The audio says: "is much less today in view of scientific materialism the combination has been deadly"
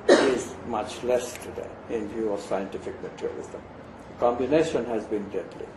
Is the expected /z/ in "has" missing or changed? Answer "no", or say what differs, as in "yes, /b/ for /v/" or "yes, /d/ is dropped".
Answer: no